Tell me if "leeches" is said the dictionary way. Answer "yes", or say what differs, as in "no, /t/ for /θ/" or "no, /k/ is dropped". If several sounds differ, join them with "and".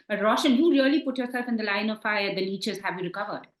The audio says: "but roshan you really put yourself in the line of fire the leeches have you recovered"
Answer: no, /n/ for /l/